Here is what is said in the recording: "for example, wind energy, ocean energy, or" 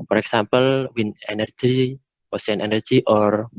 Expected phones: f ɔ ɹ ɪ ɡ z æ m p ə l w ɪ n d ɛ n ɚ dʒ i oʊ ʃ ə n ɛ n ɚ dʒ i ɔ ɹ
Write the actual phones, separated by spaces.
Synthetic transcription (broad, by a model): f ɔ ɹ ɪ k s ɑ m p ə l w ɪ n ɛ n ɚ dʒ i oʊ s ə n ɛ n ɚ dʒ i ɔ ɹ